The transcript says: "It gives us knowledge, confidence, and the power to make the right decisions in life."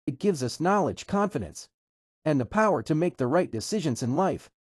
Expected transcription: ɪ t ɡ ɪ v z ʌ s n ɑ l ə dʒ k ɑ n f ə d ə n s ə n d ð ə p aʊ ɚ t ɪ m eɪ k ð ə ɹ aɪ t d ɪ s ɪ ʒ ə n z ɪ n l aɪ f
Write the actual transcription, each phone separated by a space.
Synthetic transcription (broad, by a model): ɪ t ɡ ɪ v z ʌ s n ɑ l ə dʒ k ɑ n f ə d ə n s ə n ð ə p aʊ ɚ t ɪ m eɪ k ð ə ɹ aɪ t d ɪ s ɪ ʒ ə n z ɪ n l aɪ f